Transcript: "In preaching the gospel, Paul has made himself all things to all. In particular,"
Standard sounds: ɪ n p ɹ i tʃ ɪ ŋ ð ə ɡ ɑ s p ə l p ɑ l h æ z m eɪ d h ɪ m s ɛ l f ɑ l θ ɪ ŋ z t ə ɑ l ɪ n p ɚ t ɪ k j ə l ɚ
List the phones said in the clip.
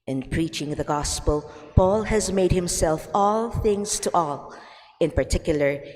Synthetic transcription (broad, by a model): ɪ n p ɹ i tʃ ɪ ŋ ð ə ɡ ɑ s p ə l p ɑ l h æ z m eɪ d h ɪ m s ɛ l f ɑ l θ ɪ ŋ z t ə ɑ l ɪ n p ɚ t ɪ k j l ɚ